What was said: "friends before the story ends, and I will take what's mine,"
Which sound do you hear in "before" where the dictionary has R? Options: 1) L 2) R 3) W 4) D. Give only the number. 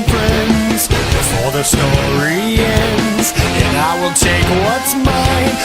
1